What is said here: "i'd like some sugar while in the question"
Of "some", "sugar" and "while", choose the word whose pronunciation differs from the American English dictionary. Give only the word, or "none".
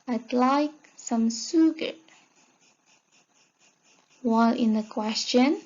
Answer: sugar